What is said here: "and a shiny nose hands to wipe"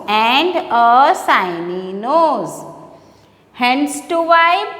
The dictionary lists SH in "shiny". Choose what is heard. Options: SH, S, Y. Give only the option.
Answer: S